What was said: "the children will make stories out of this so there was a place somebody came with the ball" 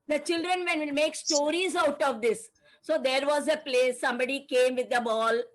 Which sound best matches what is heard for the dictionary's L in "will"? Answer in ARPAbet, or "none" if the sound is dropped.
N